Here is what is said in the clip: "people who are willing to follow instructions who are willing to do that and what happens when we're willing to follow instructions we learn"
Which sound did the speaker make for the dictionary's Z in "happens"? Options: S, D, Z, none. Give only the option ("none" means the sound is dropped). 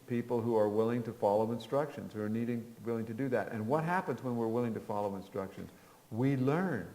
Z